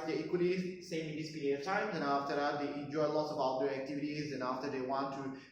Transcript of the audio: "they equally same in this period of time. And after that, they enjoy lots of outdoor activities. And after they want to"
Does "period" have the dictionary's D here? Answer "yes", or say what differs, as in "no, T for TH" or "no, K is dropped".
no, D is dropped